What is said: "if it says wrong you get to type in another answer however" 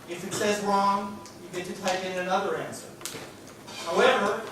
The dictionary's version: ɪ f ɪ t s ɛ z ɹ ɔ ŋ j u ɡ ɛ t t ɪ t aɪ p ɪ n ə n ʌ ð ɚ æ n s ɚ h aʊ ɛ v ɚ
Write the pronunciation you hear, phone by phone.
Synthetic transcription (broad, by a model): ɪ f ɪ t s ɛ z ɹ ɔ ŋ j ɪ ɡ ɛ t t ɪ t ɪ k ɪ n ə n ʌ ð ɚ æ n s ɚ h aʊ ɛ v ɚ